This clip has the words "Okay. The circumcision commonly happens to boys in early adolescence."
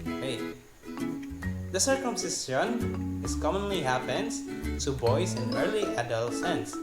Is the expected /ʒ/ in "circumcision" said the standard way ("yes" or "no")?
no